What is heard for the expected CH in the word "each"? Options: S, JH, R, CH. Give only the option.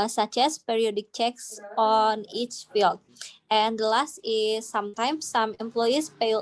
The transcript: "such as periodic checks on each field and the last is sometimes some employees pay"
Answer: CH